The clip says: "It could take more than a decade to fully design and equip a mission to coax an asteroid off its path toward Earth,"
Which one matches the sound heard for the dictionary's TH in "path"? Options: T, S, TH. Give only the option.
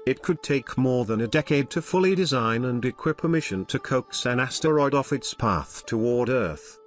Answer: TH